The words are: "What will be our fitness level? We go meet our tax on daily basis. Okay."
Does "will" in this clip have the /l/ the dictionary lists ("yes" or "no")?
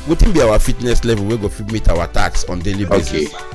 no